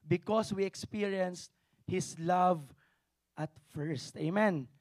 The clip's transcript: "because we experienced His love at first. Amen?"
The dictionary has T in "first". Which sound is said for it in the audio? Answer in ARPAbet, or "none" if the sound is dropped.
T